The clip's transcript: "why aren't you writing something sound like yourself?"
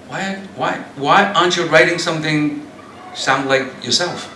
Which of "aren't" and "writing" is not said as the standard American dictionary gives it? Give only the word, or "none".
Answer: aren't